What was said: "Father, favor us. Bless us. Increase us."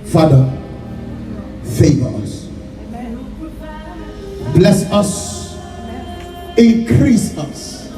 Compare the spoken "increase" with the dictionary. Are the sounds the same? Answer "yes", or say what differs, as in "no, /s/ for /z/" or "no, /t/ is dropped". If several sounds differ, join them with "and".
yes